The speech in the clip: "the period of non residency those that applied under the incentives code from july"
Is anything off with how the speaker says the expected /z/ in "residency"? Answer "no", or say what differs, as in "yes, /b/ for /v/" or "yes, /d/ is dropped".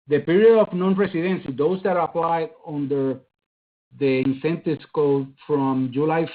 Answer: yes, /s/ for /z/